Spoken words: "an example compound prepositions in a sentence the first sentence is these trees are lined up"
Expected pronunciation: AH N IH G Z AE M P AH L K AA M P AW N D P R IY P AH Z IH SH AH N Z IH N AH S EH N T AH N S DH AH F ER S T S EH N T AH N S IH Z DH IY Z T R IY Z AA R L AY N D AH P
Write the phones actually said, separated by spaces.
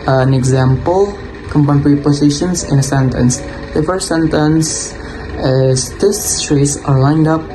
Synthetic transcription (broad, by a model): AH N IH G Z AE M P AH L K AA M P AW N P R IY P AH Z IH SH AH N S IH N AH S EH N T AH N S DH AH F ER S T S EH N T AH N S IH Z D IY S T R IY S AA R L AY N D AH P